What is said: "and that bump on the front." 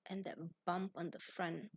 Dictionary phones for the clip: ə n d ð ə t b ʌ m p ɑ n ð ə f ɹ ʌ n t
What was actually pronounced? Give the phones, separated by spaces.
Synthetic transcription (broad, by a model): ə n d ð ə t b ʌ m p ɑ n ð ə f ɹ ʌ n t